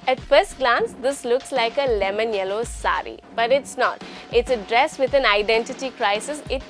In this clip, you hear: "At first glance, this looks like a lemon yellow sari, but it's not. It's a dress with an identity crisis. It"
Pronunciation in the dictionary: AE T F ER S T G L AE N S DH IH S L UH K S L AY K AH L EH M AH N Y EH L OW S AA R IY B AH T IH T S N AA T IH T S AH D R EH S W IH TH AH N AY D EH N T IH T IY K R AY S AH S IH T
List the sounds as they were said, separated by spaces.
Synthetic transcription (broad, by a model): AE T F ER S T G L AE N S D IH S L UH K S L AY K AH L EH M AH N Y EH L OW S AA R IY B AH T IH T S N AA T IH T S AH D R EH S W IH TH AH N AY D EH N T IH T IY K R AY S AH S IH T